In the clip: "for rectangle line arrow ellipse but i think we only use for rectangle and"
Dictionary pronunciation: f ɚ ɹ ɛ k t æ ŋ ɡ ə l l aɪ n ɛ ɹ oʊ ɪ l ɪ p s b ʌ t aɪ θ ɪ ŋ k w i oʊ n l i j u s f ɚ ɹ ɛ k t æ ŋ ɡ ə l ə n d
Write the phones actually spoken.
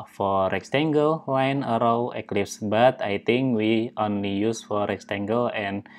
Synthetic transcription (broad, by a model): f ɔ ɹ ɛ k t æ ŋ ɡ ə l w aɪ n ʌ ɹ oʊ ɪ l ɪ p s b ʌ t aɪ t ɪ ŋ k w i oʊ n l i j u s f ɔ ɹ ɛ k t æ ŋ ɡ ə l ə n